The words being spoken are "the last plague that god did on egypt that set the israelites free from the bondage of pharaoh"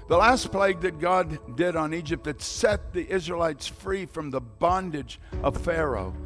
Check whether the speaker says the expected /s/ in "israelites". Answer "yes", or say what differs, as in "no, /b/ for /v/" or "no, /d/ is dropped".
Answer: yes